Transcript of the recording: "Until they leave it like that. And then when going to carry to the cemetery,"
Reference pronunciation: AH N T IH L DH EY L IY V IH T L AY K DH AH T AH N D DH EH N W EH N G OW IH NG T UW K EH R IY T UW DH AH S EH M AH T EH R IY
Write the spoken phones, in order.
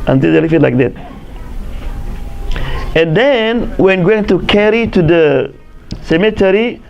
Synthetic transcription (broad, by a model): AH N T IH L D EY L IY F IH T L AY K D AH T AH N D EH N W EH N G OW IH NG T UW K EH R IY T UW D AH S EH M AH T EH R IY